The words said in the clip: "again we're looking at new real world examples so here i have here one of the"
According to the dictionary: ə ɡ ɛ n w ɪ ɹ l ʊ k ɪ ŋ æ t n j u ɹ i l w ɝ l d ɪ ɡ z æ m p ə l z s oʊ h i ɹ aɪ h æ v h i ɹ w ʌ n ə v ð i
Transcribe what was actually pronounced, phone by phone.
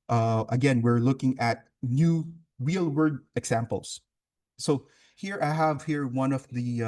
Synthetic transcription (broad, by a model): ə ɡ ɛ n w ɪ ɹ l ʊ k ɪ ŋ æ t n j u ɹ i l w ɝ d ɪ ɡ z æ m p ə l s oʊ h i ɹ aɪ h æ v h i ɹ w ʌ n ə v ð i